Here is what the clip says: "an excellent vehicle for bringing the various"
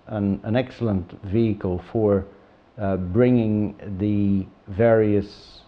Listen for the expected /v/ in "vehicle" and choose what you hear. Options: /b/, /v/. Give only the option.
/v/